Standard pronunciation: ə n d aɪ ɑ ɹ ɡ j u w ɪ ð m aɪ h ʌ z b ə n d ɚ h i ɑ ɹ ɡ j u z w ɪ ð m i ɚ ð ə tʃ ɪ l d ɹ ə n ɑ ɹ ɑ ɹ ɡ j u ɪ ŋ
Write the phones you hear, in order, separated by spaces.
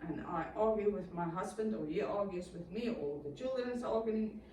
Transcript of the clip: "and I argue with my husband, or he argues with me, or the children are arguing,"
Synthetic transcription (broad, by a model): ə n aɪ ɑ ɹ ɡ j u w ɪ ð m aɪ h ʌ z b ə n d ɚ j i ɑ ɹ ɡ j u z w ɪ ð m i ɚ ð ə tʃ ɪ l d ə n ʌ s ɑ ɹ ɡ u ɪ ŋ